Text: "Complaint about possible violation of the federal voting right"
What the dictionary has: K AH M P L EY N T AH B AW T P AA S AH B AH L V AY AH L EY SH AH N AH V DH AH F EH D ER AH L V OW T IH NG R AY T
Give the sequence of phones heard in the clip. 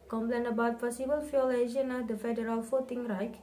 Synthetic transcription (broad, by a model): K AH M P L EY N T AH B AW T F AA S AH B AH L F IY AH L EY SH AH N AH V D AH F EH D ER AH L F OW T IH NG R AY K